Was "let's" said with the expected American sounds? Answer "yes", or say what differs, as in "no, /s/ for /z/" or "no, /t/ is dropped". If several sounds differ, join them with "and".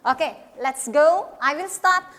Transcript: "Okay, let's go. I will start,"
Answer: yes